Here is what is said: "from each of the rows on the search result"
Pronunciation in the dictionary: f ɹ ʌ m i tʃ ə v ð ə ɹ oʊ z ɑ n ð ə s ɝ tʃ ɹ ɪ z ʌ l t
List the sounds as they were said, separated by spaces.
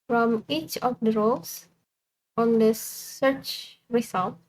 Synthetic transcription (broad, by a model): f ɹ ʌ m i tʃ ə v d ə ɹ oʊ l ɑ n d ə s ɝ tʃ ɹ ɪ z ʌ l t